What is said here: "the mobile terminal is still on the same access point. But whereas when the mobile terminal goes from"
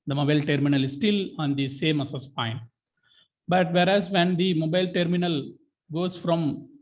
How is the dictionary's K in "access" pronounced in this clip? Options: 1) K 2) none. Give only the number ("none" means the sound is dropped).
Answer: 2